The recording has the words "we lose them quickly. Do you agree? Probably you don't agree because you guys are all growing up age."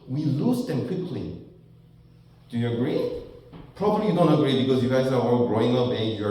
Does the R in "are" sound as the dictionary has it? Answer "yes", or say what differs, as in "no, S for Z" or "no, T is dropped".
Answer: no, W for R